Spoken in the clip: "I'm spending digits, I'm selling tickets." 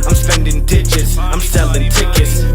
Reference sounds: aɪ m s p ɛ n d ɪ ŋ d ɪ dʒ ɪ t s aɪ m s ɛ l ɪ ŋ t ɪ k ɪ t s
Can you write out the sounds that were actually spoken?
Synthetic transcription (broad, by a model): aɪ m s p ɛ n d ɪ ŋ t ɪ tʃ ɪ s aɪ m s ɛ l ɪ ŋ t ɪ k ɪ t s